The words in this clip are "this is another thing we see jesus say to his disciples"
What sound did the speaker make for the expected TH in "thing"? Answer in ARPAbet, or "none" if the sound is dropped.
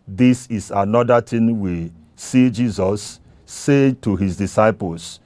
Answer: T